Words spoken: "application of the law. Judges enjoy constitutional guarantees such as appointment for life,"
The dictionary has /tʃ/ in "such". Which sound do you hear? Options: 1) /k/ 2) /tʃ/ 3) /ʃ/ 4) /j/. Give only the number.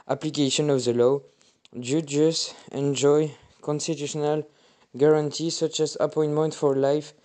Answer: 2